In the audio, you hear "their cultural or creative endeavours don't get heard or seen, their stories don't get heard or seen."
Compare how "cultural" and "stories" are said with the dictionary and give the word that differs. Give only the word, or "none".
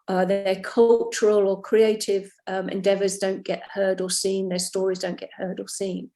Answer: none